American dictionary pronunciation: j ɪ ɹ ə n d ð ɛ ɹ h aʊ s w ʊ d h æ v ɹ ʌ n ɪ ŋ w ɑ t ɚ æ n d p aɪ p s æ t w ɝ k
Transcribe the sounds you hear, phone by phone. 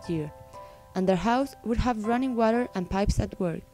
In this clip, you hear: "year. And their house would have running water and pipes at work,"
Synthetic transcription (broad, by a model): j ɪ ɹ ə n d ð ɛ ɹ h aʊ s w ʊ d h æ v ɹ ʌ n ɪ ŋ w ɑ t ɚ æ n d p aɪ p s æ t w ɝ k